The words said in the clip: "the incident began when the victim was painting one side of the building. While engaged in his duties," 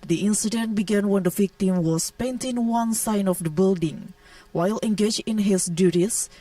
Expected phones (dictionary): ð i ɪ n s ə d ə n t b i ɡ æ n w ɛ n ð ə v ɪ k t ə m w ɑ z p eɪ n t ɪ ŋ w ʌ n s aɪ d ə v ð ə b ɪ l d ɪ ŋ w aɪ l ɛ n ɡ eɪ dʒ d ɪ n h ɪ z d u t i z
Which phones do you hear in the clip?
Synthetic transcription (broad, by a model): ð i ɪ n s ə d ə n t b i ɡ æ n w ɛ n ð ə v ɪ k t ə m w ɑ s p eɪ n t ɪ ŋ w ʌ n s aɪ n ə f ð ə b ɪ l d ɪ ŋ w aɪ l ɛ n ɡ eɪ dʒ ɪ n h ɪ s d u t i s